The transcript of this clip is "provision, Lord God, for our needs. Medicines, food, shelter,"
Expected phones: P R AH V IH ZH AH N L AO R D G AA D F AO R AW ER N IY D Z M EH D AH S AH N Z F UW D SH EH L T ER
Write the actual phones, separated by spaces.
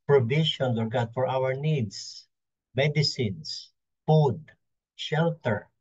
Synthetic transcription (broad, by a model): P R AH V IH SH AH N W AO R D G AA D F AO R AW ER N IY D S M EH D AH S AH N S F UW D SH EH L T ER